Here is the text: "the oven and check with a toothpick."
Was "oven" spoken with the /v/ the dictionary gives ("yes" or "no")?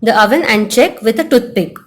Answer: yes